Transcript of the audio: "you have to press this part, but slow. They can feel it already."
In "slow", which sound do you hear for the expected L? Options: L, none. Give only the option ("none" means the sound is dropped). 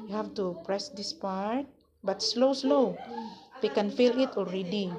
L